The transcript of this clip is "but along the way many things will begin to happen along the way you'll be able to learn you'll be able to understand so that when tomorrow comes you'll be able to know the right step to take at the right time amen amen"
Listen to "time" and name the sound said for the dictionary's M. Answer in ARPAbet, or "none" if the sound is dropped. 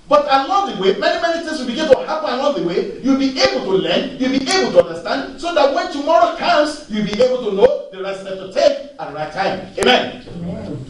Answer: none